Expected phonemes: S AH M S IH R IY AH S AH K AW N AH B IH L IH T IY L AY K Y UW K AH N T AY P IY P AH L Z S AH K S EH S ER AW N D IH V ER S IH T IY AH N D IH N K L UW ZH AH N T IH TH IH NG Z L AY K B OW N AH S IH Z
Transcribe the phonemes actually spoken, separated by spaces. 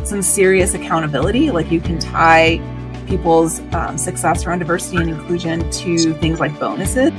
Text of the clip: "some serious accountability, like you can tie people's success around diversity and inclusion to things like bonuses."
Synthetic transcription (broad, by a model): S AH M S IH R IY AH S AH K AW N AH B IH L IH T IY L AY K Y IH K AH N T AY P IY P L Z S AH K S EH S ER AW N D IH V ER S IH T IY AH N IH N K L UW ZH AH N T IH TH IH NG Z L AY K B OW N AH S IH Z